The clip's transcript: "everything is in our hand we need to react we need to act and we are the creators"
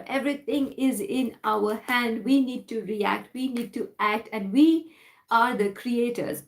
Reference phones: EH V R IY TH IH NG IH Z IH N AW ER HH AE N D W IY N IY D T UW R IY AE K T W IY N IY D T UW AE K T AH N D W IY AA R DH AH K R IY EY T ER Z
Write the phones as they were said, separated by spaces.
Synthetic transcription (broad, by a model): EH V R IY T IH NG IH Z IH N AW ER HH AE N D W IY N IY D T UW R IY AE K T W IY N IY D T UW AE K T AH N D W IY AA R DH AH K R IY EY T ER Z